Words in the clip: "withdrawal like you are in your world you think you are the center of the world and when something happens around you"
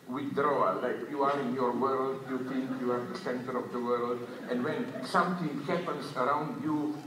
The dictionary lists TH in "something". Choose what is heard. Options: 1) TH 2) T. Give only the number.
2